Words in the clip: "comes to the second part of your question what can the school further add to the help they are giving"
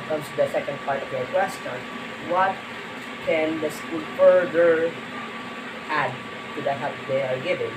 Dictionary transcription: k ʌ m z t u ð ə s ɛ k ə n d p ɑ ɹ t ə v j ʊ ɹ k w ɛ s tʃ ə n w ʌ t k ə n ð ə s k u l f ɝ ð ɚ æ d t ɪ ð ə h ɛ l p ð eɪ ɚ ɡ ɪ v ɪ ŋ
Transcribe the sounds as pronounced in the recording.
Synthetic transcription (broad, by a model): k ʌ m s t u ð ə s ɛ k ə n d p ɑ ɹ t ə v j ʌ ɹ k w ɛ s tʃ ə n w ʌ t k ə n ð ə s k u l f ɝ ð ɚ æ d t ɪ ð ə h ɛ p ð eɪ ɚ ɡ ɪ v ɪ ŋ